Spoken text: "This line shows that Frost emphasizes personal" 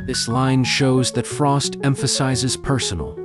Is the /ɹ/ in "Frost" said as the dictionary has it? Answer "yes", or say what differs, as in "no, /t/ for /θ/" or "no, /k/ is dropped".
yes